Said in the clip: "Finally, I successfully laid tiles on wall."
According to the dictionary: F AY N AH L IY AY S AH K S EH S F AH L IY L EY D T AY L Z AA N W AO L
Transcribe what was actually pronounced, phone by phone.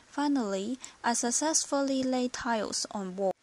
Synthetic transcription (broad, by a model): F AY N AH L IY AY S AH K S EH S F AH L IY L EY T AY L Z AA N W AO